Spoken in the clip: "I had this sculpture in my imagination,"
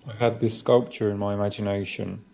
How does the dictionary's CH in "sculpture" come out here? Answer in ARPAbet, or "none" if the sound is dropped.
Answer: CH